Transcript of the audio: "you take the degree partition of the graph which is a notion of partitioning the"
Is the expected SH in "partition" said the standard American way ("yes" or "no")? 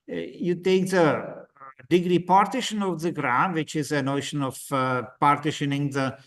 yes